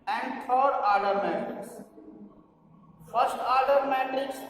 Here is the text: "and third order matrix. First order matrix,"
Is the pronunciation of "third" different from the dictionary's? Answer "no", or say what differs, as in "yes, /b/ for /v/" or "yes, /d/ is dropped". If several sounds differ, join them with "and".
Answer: yes, /t/ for /θ/